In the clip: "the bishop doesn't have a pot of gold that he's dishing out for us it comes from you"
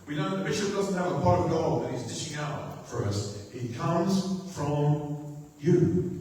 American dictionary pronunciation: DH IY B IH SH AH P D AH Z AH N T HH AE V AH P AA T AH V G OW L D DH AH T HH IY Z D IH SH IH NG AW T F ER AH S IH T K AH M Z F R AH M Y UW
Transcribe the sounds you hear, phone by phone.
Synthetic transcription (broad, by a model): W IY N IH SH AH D AH Z N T HH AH V AH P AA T AH V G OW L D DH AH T HH IY Z D IH SH IH NG AW T F ER AH S IH T K AH M Z F R AH M Y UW